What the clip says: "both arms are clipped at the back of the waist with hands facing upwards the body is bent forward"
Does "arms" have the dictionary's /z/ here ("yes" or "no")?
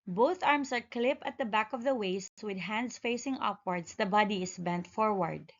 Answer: no